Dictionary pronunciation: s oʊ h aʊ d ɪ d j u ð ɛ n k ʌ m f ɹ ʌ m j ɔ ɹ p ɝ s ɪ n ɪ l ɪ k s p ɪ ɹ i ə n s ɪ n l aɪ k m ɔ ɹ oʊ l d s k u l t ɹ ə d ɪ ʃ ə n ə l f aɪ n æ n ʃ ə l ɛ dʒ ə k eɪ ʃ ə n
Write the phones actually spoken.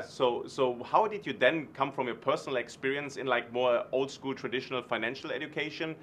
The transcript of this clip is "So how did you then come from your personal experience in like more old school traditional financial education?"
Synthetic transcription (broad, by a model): s oʊ h aʊ d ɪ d j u ð ɛ n k ʌ m f ɹ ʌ m j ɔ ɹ p ɝ s n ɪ l ɪ k s p ɪ ɹ i ə n s ɪ n l aɪ k m ɔ ɹ oʊ l d s k u l t ɹ ə d ɪ ʃ ə n ə l f aɪ n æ n ʃ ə l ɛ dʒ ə k eɪ ʃ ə n